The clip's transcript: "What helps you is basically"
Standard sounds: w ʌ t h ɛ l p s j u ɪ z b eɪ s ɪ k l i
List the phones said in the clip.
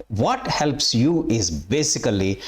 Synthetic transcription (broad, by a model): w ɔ t h ɛ l p s j u ɪ z b eɪ s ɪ k l i